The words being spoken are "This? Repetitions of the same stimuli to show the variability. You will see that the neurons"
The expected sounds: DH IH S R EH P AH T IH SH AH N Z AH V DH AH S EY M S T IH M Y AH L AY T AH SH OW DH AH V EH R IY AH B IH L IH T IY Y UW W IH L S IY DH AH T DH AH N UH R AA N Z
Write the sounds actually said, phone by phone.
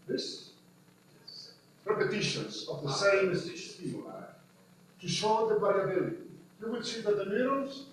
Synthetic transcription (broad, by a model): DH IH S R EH P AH T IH SH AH N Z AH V DH AH S EY M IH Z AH IY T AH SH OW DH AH B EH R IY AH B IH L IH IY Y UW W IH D S IY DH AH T DH AH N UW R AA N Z